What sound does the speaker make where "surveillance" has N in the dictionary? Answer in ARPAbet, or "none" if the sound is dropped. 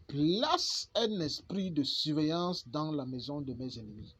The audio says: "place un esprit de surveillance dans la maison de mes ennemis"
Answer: none